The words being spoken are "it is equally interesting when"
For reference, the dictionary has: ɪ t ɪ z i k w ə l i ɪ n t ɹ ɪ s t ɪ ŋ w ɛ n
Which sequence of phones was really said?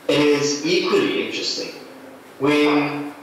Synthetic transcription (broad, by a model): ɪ t ɪ z i k w ə l i ɪ n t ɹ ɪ s t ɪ ŋ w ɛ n